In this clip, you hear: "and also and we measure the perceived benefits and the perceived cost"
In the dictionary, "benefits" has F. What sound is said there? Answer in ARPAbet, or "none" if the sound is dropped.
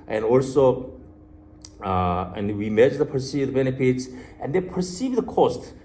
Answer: P